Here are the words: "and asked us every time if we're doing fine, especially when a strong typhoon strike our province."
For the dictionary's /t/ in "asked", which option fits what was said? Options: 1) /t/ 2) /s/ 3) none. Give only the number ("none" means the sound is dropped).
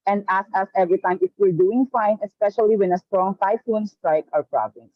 3